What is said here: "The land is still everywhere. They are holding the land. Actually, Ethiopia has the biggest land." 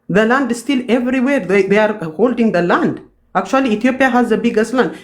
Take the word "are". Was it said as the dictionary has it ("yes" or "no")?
yes